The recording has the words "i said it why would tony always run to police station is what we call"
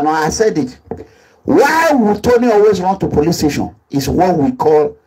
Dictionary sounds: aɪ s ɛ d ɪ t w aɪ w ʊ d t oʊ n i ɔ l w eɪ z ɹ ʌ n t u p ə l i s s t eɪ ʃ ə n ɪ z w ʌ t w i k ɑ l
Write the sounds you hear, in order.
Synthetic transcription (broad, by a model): aɪ s ɛ d ɪ t w aɪ w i t oʊ n i ɔ l w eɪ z ɹ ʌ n t u p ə l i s s t eɪ ʃ ə n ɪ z w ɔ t w i k ɑ l